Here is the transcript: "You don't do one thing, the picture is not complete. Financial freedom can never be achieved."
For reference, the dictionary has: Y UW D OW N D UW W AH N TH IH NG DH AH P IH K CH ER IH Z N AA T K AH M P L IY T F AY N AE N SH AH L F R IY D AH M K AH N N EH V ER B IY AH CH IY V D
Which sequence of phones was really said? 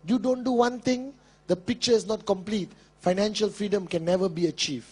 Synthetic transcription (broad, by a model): Y UW D OW N D UW W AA N T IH NG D AH P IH K CH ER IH S N AA T K AH M P L IY T F AY N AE N SH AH L F R IY D AH M K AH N N EH V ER B IY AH CH IY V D